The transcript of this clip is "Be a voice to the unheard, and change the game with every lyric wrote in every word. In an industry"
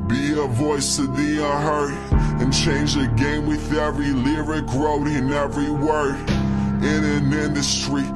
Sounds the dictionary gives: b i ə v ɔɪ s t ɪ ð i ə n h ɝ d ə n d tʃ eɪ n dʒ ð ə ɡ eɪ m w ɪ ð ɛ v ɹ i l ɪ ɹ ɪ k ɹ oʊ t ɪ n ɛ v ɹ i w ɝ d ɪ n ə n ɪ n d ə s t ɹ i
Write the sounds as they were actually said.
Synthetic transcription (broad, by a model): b i ə v ɔɪ s t ɪ ð i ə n h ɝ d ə n tʃ eɪ n dʒ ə ɡ eɪ m w ɪ ð ɛ v ɹ i l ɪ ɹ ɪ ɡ ɹ oʊ t ɪ n ɛ v ɹ i w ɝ ɪ n ə n ɪ n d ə s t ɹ i